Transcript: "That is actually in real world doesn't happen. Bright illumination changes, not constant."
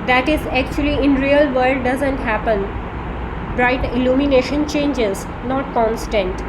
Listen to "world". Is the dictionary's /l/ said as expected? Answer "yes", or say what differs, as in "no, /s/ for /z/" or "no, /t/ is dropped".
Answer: no, /l/ is dropped